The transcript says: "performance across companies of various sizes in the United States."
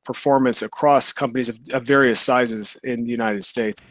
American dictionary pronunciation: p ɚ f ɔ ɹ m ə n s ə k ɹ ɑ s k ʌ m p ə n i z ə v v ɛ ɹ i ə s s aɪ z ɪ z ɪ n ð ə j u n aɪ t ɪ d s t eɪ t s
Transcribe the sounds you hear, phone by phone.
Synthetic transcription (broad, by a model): p ɚ f ɔ ɹ m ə n s ə k ɹ ɑ s k ʌ m p ə n i z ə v v ɛ ɹ i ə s s aɪ z ɪ z ɪ n ð ə j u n aɪ t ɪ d s t eɪ t s